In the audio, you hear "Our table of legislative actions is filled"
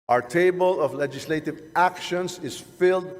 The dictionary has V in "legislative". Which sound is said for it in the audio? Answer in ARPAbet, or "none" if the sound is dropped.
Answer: V